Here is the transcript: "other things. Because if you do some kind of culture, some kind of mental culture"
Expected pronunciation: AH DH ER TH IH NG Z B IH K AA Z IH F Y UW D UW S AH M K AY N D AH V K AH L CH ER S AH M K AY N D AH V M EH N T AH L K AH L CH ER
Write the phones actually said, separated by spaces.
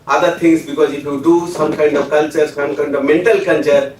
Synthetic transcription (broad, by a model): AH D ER T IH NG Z B IH K AA Z IH F Y UW D UW S AH M K AY N D AH V K AH L CH ER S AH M K AY N D AH V M EH N T AH L K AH L CH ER